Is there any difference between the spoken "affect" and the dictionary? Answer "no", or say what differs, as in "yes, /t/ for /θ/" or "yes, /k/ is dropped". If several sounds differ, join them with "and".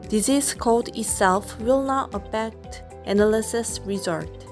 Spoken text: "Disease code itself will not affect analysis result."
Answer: yes, /p/ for /f/